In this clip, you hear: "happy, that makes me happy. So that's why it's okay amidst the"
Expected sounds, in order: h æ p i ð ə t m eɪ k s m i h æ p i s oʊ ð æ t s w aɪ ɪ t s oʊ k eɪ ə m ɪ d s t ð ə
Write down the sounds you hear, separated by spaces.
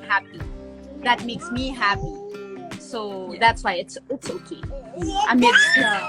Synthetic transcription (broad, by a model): h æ p i ð ə t m eɪ k s m i h æ p i s oʊ ð æ t s w aɪ ɪ t s oʊ k eɪ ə ɪ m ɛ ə